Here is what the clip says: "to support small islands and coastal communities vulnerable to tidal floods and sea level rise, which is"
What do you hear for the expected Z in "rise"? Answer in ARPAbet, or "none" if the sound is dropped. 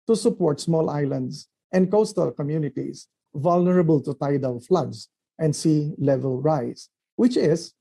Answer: S